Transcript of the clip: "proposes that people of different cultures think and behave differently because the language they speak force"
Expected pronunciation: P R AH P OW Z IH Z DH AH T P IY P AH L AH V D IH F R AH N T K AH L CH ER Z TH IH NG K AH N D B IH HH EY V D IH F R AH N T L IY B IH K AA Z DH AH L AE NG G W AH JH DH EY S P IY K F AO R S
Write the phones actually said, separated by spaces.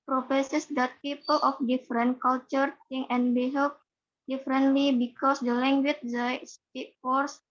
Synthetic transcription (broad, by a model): P R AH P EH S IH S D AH T P IY P AH L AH F D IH F R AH N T K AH L CH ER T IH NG AH N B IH HH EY P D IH F R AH N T L IY B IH K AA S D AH L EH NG G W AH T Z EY S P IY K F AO R S